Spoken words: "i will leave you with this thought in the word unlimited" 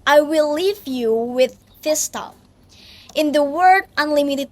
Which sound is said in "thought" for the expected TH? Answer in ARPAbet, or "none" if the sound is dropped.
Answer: T